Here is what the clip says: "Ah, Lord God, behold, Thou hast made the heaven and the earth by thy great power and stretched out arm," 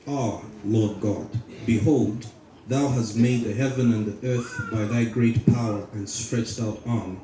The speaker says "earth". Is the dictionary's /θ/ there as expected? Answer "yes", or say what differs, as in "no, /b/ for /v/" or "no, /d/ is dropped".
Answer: yes